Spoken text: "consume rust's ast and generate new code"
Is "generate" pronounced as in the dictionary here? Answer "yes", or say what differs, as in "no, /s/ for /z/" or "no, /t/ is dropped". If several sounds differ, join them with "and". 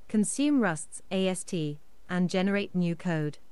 yes